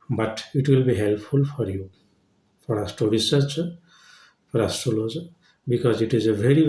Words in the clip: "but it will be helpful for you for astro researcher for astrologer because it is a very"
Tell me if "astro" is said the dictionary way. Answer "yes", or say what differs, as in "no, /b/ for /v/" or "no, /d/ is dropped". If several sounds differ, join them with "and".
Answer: no, /ɹ/ is dropped